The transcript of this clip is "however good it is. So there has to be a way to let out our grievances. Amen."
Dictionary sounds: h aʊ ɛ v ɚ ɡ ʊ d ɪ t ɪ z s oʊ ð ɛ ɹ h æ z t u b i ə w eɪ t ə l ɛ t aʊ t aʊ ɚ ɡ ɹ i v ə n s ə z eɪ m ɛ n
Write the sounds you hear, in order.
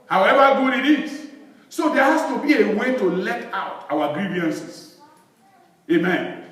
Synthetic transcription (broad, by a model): h aʊ ɛ v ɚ ɡ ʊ d ɪ t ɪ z s oʊ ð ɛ h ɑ s t u b i ə w eɪ t ə l ɛ t aʊ t aʊ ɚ ɡ ɹ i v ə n s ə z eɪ m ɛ n